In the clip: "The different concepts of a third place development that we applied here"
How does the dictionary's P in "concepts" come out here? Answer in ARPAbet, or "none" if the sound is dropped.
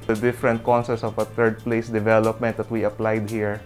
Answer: none